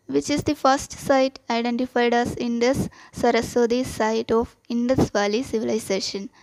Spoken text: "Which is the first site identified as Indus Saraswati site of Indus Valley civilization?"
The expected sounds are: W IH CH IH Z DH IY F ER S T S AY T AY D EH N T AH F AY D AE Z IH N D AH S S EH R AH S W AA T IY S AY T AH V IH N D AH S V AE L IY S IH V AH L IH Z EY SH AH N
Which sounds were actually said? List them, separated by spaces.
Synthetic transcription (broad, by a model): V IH CH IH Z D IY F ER S T S AY T AY D EH N T AH F AY D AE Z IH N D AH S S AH R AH S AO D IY S AY T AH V IH N D AH S V AE L IY S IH V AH L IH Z EY SH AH N